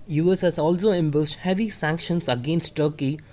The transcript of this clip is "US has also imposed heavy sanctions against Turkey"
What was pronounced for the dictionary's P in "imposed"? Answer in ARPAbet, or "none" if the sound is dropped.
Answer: B